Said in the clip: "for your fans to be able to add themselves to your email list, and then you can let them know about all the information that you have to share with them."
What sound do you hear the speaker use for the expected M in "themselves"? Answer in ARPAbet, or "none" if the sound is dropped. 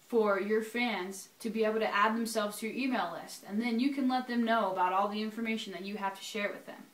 M